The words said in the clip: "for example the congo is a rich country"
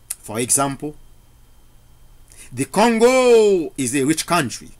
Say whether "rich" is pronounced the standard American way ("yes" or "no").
yes